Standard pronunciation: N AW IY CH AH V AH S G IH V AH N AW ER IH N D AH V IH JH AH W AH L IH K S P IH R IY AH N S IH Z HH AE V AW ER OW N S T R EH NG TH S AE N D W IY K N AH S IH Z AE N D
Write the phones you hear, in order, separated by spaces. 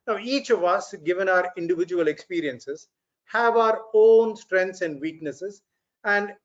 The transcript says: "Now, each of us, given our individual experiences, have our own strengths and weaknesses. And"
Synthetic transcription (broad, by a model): N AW IY CH AH V AH S G IH V AH N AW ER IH N D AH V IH JH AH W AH L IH K S P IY R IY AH N S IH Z HH AE V AW ER OW N S T R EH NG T S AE N D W IY K N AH S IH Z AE N D